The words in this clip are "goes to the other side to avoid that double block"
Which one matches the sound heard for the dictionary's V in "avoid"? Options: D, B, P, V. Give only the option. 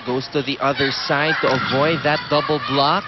V